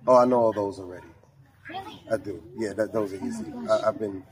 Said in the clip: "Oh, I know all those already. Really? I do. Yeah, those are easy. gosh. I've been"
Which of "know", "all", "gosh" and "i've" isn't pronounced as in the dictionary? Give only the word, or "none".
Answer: gosh